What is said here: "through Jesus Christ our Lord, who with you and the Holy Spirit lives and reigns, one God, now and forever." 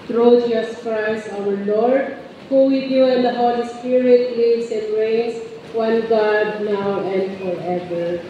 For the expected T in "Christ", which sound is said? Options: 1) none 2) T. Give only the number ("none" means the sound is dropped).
1